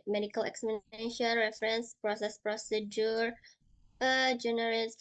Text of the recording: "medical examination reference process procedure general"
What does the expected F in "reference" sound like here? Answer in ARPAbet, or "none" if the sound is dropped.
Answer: F